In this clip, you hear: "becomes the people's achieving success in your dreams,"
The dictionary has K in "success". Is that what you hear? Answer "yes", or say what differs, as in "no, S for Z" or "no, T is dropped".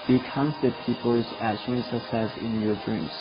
no, K is dropped